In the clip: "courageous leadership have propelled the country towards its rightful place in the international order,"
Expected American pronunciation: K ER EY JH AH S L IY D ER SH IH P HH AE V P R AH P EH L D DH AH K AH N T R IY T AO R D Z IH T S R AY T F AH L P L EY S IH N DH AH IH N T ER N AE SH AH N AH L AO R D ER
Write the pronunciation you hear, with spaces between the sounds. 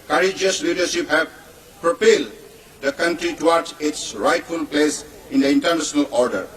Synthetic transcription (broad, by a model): K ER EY JH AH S L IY D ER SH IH P HH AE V P R AH P EH L D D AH K AH N T R IY T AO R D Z IH T S R AY T F AH L P L EY S IH N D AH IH N T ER N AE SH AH N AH L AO R D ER